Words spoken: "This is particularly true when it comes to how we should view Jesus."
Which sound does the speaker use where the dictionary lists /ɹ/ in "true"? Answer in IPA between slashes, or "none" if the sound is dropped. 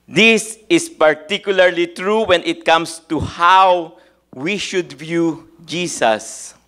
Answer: /ɹ/